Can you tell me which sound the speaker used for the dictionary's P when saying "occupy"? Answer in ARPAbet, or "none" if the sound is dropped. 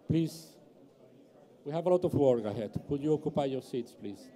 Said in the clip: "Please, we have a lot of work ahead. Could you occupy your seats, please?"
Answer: P